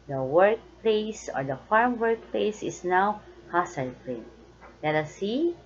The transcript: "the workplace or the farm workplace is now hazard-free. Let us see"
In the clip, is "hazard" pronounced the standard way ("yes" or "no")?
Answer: no